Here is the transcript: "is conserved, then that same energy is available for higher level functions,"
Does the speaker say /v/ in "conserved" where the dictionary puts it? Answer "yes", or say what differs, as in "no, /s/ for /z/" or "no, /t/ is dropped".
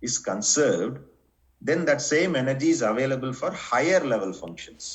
yes